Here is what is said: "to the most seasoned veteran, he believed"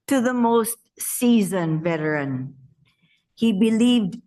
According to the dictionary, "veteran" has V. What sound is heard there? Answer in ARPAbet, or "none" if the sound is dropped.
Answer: V